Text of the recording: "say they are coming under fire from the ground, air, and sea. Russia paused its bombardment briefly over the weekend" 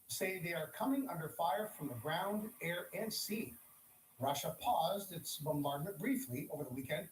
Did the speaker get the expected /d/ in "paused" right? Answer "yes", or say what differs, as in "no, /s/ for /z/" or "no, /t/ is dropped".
yes